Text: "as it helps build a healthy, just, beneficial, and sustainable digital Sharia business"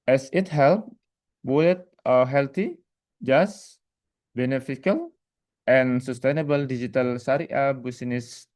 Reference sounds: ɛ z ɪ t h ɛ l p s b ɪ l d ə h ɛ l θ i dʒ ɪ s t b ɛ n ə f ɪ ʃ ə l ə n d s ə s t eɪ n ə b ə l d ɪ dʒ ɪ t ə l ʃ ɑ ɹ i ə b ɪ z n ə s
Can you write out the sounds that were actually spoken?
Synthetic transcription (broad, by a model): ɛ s ɪ t h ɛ l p b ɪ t ə h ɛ l t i dʒ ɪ s b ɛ n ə f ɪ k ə l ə n s ə s t eɪ n ə b ə l d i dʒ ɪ t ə l s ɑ ɹ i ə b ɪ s n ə s